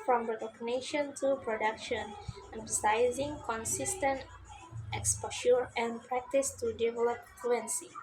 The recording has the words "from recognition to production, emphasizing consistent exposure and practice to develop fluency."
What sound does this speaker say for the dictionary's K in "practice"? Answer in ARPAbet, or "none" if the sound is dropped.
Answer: K